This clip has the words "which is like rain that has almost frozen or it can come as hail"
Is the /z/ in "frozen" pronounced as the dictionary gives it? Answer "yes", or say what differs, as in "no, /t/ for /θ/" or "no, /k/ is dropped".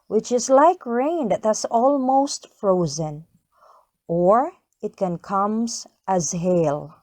yes